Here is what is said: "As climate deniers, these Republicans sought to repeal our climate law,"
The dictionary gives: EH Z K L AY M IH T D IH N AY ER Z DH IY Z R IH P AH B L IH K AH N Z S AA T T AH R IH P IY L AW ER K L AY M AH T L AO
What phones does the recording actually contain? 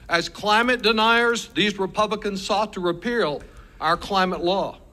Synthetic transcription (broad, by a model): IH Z K L AY M IH T D IH N AY ER Z DH IY Z R IH P AH B L IH K AH N Z S AA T T AH R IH P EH L AW ER K L AY M AH T L AO